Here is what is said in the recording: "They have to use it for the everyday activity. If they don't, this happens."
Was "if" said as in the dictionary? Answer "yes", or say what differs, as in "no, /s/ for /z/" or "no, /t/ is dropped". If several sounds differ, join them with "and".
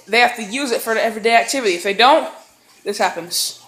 yes